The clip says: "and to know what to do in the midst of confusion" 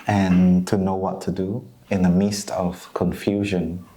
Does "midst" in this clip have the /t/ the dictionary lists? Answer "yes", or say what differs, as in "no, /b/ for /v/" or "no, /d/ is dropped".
yes